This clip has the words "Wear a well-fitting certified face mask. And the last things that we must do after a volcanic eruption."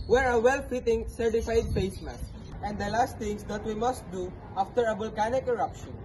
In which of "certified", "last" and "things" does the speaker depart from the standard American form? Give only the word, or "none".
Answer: things